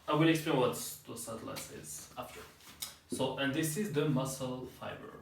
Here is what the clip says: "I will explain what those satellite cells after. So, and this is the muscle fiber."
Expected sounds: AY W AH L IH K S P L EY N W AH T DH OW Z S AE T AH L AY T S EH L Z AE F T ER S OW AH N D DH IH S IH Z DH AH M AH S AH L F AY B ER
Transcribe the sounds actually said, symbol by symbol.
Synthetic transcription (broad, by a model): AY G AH N IH K S P L EY N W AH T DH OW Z S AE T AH L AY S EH Z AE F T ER S OW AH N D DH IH S IH Z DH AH M AH S AH L F AY B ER